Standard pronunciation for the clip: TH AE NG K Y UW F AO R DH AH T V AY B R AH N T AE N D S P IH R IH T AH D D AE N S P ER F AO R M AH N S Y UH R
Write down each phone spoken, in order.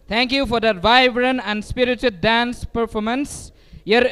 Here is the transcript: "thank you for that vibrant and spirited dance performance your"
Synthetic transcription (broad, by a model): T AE NG K Y UW F AO R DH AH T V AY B R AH N AE N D S P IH R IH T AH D D AE N S P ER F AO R M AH N S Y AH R